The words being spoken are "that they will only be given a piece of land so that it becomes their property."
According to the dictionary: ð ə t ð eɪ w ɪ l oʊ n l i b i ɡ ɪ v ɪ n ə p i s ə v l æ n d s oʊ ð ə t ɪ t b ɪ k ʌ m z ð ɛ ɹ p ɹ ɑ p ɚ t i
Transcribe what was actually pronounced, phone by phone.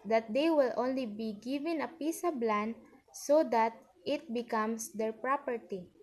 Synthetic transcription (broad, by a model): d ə t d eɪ w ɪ l oʊ n l i b i ɡ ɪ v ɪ n ə p i s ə b l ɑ n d s oʊ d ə t ɪ t b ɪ k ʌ m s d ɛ ɹ p ɹ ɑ p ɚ t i